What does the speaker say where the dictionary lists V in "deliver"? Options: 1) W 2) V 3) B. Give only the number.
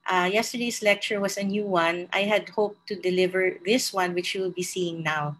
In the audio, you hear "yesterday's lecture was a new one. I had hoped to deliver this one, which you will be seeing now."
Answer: 2